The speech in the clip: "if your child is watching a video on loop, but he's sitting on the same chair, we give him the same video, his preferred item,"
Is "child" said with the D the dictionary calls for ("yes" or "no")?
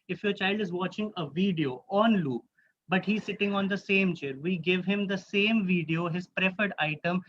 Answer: yes